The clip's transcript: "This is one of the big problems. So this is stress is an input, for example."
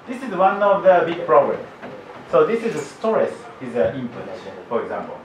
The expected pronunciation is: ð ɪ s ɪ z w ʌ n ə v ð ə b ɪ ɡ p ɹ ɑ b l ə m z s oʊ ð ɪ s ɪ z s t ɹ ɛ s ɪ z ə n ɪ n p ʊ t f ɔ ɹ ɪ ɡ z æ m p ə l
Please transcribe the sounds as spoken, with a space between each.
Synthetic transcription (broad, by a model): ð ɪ s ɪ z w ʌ n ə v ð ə b ɪ ɡ p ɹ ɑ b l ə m s oʊ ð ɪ s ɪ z s t ɹ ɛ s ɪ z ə l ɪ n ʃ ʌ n f ɔ ɹ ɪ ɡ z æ m p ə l